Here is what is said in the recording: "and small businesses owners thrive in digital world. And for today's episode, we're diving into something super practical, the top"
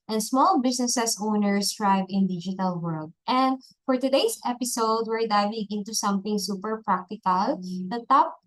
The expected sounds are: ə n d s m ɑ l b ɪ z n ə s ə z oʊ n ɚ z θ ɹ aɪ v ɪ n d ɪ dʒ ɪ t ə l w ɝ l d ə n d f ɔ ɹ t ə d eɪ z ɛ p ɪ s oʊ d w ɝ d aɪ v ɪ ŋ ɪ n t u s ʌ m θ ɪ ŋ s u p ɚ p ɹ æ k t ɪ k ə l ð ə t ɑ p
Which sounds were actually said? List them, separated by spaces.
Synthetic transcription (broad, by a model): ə n s m ɑ l b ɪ s n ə s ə s oʊ n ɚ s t ɹ aɪ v ɪ n d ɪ dʒ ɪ t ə l w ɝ l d ə n d f ɔ ɹ t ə d eɪ s ɛ p ɪ s oʊ d w ɝ d aɪ v ɪ ŋ ɪ n t u s ʌ m θ ɪ ŋ s u p ɚ p ɹ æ k t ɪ k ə l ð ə t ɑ p